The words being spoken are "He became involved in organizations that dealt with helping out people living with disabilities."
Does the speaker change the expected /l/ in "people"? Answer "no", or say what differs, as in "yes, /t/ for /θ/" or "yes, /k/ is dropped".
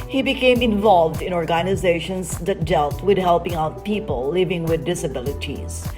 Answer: no